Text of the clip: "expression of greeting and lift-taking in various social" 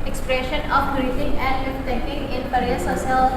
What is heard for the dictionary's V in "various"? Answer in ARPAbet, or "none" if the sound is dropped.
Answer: P